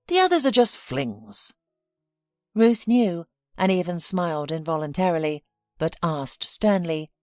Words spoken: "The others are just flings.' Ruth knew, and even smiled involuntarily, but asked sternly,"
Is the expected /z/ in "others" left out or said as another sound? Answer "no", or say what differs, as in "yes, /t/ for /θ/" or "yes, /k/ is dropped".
no